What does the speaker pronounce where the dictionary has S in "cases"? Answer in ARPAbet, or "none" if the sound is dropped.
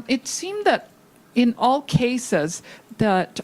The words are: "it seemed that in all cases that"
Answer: S